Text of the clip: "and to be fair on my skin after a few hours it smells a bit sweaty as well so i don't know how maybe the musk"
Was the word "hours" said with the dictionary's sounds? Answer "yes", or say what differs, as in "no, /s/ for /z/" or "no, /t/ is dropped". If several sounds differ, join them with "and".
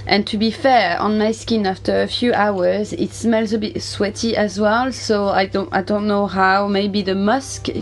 yes